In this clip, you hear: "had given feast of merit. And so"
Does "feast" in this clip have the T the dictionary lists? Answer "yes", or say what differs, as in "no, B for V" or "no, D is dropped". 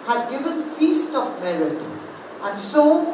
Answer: yes